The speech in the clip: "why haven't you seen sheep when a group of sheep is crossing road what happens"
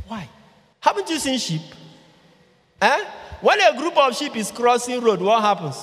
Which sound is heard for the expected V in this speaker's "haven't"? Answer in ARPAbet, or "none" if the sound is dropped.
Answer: P